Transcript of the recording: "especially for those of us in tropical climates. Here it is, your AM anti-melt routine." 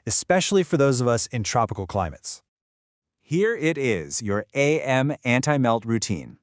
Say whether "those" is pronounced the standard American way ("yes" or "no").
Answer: yes